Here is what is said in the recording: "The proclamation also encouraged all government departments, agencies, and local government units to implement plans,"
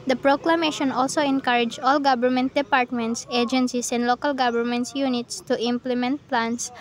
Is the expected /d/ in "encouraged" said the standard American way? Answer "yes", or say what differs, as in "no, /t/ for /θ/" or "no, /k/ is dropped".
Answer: no, /d/ is dropped